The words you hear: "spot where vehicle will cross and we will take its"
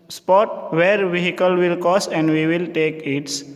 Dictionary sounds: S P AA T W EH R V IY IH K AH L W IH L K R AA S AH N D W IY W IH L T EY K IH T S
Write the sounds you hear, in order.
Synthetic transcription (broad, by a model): S P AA T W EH R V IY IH K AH L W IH L K AA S AH N D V IY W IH L T EY K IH T S